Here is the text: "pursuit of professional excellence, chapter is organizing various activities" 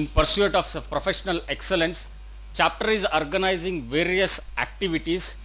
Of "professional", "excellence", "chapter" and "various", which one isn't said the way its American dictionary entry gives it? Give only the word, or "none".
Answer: none